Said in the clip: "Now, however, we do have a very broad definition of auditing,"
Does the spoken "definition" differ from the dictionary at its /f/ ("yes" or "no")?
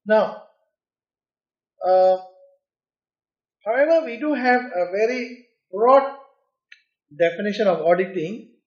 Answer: no